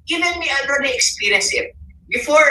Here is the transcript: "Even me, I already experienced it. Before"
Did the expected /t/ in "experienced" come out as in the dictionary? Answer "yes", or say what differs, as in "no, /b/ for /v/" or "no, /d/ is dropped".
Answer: no, /t/ is dropped